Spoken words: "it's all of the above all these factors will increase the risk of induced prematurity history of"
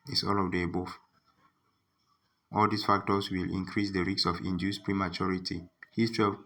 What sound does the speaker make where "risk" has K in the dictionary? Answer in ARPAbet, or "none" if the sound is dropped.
none